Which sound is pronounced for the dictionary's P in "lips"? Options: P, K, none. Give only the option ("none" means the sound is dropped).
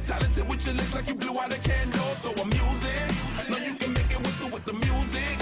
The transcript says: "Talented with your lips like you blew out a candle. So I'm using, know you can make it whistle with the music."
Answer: none